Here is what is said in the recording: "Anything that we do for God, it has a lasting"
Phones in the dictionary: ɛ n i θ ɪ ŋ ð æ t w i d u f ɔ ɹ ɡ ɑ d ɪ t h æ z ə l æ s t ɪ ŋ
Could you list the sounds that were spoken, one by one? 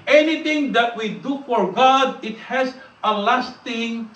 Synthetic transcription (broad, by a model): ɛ n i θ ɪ ŋ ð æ t w i d u f ɔ ɹ ɡ ɑ d ɪ t h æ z ə l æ s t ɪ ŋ